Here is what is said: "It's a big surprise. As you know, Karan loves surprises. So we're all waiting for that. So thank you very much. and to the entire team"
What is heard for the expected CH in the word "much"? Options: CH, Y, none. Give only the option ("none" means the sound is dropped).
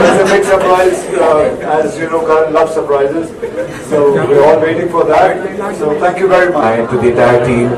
none